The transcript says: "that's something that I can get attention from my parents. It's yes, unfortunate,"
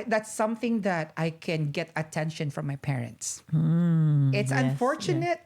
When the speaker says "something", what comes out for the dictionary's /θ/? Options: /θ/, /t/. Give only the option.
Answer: /θ/